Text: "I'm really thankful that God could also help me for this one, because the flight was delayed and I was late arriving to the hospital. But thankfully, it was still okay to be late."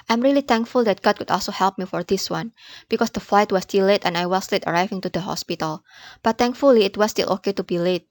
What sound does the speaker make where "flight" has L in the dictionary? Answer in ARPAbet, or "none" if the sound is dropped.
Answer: L